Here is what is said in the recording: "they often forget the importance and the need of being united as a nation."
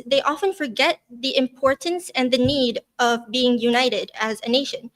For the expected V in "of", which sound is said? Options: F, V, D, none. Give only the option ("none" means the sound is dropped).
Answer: V